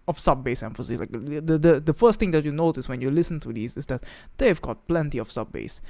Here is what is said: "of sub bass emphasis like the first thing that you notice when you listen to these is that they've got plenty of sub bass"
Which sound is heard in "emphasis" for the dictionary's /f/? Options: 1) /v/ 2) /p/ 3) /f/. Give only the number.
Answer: 3